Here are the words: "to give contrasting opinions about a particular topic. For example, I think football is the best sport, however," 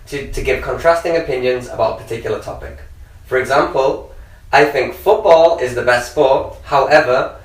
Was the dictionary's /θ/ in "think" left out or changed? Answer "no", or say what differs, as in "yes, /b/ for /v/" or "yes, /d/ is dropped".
no